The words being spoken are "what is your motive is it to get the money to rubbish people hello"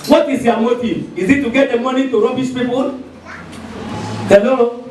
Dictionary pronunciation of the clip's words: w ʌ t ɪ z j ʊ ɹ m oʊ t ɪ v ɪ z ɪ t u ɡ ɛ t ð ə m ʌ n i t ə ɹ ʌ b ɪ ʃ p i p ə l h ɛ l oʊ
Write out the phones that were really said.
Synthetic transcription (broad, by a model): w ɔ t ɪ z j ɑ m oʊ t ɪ ɪ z ɪ t u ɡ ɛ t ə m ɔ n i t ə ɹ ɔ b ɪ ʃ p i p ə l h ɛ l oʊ